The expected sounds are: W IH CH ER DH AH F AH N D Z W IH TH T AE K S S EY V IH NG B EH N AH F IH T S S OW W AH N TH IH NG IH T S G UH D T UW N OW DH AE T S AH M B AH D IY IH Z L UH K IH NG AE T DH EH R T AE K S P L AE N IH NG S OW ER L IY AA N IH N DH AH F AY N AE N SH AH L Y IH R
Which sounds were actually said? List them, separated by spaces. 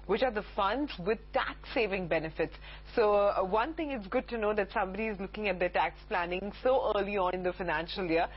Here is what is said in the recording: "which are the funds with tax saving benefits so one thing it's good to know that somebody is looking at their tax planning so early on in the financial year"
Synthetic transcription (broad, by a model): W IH CH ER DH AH F AH N D Z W IH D T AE K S S EY V IH NG B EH N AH F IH T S S OW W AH N T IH NG IH T S G UH D T UW N OW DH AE T S AH M B AH D IY IH Z L UH K IH NG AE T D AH T AE K S P L AE N IH NG S OW ER L IY AA N IH N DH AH F AY N AE N SH AH L Y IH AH